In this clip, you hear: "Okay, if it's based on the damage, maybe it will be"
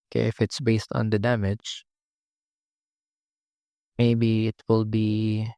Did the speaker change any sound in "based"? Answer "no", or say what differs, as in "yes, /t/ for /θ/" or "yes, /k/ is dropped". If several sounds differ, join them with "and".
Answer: no